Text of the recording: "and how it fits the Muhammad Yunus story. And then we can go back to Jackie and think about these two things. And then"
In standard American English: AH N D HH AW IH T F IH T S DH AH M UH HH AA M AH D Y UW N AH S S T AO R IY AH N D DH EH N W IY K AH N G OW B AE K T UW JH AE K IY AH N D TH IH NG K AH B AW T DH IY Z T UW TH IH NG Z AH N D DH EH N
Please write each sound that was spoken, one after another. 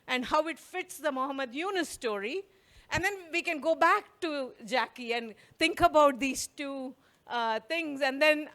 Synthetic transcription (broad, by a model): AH N D HH AW IH T F IH T S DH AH M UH HH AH M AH D Y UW N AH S S T AO R IY AH N D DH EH N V IY K AH N G OW B AE K T UW JH AE K IY AH N D T IH NG K AH B AW T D IY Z T UW T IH NG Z AH N D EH N